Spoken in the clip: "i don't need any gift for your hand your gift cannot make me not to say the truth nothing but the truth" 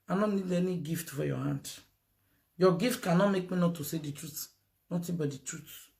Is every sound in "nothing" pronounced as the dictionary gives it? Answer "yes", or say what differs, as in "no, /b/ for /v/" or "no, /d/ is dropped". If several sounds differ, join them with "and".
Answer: no, /t/ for /θ/